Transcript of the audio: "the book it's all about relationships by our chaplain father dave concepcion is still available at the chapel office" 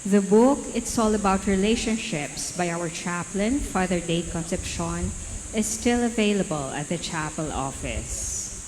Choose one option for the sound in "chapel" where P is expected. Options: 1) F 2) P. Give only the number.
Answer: 2